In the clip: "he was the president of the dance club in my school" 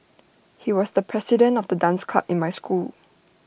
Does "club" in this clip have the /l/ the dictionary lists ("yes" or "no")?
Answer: no